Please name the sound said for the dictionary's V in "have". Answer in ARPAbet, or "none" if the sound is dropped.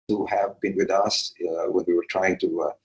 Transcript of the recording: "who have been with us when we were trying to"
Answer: V